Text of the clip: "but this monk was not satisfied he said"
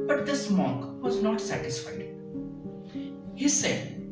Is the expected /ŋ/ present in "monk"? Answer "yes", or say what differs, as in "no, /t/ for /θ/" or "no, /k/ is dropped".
no, /ŋ/ is dropped